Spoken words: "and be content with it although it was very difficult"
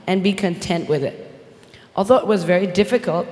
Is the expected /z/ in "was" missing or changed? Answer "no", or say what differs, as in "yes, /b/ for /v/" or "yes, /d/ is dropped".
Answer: no